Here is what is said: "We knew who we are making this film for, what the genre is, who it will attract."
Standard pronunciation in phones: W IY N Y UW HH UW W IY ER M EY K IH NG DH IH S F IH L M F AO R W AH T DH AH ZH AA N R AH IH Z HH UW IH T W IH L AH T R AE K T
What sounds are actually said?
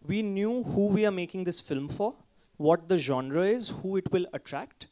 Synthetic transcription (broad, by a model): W IY N Y UW HH UW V IY ER M EY K IH NG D IH S F IH L M F AO R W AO T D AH ZH AA N R AH IH Z HH UW IH T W IH L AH T R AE K T